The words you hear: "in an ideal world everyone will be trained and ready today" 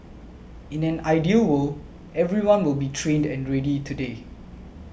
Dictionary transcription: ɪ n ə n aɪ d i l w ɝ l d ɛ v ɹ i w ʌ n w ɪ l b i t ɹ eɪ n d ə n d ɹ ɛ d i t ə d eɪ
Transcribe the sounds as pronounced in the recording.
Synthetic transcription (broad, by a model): ɪ n ə n aɪ d i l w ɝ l ɛ v ɹ i w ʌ n w ɪ l b i t ɹ eɪ n d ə n ɹ ɛ d i t ə d eɪ